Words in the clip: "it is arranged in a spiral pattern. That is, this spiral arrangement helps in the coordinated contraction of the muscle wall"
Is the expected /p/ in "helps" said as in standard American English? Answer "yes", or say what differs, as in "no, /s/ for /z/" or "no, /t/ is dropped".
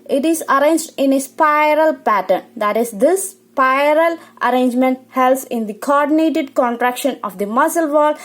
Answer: no, /p/ is dropped